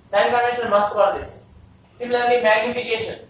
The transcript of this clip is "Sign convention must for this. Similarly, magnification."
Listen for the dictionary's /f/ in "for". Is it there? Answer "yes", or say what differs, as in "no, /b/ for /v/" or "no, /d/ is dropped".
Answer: no, /p/ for /f/